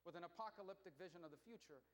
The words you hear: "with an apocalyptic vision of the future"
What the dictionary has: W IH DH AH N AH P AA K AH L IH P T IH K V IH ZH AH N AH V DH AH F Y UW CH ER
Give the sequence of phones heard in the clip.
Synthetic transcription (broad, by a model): W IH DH AH N AH P AA K AH L IH P T IH K V IH ZH AH N AH V DH AH F Y UW CH ER